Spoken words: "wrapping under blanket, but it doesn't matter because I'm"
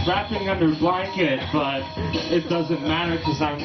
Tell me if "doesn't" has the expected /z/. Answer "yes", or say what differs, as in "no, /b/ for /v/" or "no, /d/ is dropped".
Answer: yes